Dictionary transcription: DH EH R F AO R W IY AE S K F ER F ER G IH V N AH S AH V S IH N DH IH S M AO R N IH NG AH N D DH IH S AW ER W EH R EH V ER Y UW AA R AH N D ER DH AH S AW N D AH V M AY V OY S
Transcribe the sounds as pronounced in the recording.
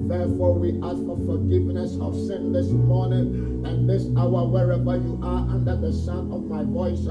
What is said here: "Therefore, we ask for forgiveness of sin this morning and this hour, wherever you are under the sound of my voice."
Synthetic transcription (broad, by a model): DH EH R F AO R W IY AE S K F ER F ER G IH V N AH S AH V S IH N DH IH S M AO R N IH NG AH N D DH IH S AW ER W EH R EH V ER Y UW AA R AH N D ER DH AH S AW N AH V M AY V OY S